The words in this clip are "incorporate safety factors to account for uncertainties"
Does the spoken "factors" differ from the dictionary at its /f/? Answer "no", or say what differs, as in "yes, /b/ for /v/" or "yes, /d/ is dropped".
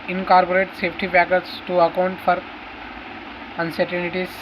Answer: yes, /p/ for /f/